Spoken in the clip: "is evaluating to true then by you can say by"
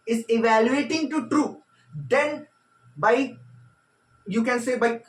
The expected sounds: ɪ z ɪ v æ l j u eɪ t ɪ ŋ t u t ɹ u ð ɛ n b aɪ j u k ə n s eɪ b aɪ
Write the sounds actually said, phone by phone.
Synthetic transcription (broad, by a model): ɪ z ɪ v æ l j u eɪ t ɪ ŋ t u t ɹ u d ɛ n b aɪ j u k ə n s eɪ b aɪ